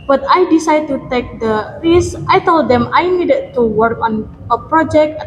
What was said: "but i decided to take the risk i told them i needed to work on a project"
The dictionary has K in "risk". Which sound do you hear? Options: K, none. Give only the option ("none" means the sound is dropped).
none